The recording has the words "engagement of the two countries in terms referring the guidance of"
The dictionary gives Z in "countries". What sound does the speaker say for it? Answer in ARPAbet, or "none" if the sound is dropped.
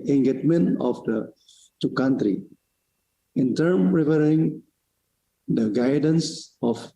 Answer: none